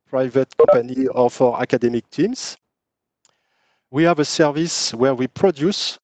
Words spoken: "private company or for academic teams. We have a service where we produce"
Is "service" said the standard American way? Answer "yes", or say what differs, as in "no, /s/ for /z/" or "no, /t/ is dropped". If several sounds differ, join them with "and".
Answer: yes